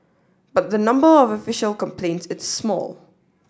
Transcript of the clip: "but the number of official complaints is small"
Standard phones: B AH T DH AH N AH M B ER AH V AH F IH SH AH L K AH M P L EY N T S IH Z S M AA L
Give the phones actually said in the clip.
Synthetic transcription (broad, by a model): B AH T DH AH N AH M B ER AH V AH F IH SH AH L K AH M P L EY N T S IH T S M AA L